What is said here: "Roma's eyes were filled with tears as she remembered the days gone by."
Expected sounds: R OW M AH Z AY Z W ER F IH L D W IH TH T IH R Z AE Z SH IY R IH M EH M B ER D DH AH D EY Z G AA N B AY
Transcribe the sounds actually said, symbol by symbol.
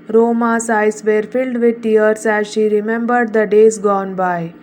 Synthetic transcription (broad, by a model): R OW M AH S AY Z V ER F IH L D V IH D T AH R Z AE Z SH IY R IH M EH M B ER D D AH D EY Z G AA N B AY